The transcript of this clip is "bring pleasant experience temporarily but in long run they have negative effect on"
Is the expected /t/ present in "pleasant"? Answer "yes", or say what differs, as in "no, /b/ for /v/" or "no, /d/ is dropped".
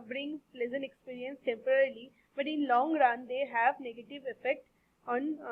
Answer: no, /t/ is dropped